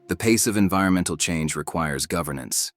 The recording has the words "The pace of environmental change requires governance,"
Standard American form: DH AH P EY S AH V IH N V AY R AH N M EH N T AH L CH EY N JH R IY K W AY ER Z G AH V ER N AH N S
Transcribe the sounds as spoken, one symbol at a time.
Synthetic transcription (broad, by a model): DH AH P EY S AH V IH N V AY R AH N M EH N T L CH EY N JH R IY K W AY ER Z G AH V ER N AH N S